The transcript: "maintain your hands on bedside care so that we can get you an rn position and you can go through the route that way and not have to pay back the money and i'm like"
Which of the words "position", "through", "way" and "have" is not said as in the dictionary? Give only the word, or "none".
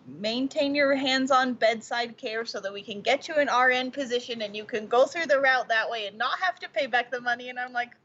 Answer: have